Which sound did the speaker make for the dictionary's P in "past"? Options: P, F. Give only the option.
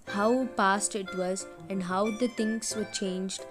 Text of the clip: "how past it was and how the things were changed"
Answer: P